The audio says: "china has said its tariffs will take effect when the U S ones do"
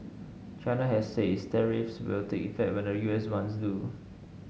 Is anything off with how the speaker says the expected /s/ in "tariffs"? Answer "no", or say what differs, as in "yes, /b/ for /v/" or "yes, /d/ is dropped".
no